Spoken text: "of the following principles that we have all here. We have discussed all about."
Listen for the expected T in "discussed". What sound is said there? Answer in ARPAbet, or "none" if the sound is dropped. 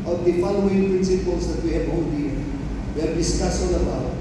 none